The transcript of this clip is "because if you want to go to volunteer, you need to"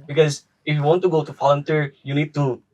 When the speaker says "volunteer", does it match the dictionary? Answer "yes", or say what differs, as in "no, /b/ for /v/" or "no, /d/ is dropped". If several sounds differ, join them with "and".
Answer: no, /f/ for /v/